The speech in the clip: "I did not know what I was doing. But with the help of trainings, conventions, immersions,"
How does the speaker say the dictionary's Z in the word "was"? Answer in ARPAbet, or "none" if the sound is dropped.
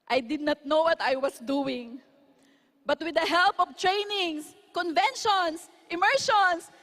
S